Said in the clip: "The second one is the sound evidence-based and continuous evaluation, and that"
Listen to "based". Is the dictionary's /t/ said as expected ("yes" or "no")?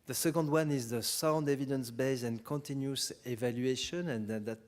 no